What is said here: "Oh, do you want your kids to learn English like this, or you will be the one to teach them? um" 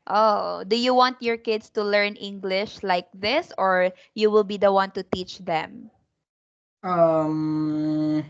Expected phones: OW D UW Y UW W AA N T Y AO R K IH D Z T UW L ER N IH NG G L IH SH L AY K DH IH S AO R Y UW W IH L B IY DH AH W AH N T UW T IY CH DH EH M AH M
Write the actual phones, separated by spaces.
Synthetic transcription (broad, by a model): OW D UW Y UW W AA N T Y AO R K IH D S T UW L ER N IH NG G L IH SH L AY K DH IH S AO R Y UW W IH L B IY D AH W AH N T UW T IY CH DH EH M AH M